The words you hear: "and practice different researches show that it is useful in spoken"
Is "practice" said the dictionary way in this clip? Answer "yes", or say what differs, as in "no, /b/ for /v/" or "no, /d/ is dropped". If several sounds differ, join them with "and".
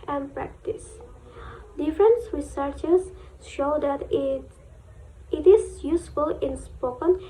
yes